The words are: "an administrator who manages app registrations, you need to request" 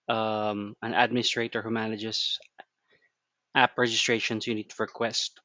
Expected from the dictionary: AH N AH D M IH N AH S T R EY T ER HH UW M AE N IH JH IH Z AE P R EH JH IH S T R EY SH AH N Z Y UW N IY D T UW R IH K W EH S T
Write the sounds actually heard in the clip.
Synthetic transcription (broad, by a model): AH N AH D M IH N S T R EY T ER HH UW M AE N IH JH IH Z AE P R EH JH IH S T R EY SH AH N S Y UW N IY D T UW R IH K W EH S T